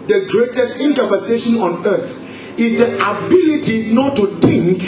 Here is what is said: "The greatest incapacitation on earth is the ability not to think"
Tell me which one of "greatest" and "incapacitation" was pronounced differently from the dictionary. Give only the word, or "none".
incapacitation